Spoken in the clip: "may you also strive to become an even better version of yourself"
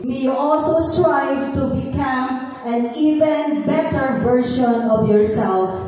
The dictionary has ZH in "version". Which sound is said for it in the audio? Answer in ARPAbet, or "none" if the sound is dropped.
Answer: SH